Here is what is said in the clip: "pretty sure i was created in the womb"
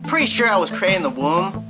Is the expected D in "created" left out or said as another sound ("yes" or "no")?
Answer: yes